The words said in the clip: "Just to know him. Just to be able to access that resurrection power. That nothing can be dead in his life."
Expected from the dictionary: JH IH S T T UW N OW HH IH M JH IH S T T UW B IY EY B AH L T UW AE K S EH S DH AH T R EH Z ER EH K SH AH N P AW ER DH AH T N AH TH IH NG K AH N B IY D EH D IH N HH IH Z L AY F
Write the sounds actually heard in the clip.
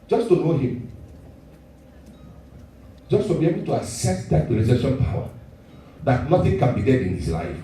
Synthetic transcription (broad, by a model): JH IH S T T UW N OW HH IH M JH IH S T T UW B IY EY B AH L T UW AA S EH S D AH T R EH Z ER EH SH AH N P AW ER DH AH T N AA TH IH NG K AH N B IY D EH D IH N HH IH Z L AY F